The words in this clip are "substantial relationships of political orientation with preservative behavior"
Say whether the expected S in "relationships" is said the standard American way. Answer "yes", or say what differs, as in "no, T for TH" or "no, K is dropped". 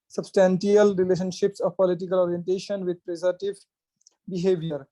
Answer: yes